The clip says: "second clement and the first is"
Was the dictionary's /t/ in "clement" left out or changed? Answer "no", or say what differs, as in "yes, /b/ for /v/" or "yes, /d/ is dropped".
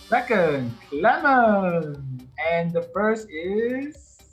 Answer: yes, /t/ is dropped